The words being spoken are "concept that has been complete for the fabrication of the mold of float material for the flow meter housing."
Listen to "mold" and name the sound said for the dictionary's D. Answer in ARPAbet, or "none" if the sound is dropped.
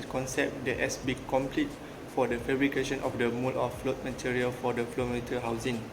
none